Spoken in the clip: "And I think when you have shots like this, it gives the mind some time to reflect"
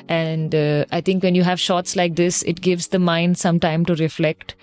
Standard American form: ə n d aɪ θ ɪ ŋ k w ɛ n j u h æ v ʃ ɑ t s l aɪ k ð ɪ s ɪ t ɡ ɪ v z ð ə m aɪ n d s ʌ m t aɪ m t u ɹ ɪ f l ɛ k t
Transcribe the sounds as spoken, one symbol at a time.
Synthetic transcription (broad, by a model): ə n d aɪ t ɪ ŋ k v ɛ n j u h æ v ʃ ɑ t s l aɪ k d ɪ s ɪ t ɡ ɪ v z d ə m aɪ n d s ʌ m t aɪ m t u ɹ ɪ f l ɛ k t